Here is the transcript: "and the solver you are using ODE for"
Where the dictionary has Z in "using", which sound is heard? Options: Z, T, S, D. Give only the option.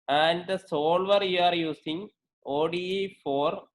S